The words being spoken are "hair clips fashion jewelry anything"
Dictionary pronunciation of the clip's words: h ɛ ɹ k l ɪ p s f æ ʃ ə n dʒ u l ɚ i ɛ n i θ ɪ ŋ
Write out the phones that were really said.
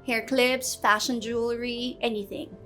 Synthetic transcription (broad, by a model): h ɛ ɹ k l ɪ b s f æ ʃ ə n dʒ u l ɚ i ɛ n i θ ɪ ŋ